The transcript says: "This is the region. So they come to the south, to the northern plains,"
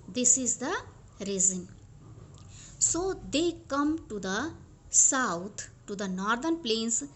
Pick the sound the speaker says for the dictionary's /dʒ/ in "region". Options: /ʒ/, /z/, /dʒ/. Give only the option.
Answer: /z/